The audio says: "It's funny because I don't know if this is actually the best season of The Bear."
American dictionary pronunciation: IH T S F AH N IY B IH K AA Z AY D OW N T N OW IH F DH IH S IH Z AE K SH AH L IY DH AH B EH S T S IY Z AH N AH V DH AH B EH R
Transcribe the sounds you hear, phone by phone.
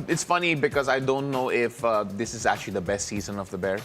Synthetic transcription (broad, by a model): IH T S F AH N IY B IH K AA Z AY D OW N T N OW IH F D IH S IH Z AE K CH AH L IY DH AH B EH S T S IY Z AH N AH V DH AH B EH R